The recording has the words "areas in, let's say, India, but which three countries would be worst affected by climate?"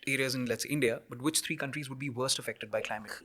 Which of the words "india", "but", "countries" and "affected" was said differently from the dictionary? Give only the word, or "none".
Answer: none